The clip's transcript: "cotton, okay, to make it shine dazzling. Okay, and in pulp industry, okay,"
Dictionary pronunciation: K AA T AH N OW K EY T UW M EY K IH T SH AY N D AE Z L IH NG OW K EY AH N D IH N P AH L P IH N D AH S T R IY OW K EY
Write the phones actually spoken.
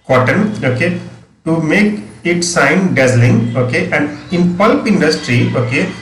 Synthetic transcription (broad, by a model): K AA T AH N OW K EY T UW M EY K IH T S AY N D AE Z L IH NG OW K EY AH N D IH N P AH L P IH N D AH S T R IY OW K EY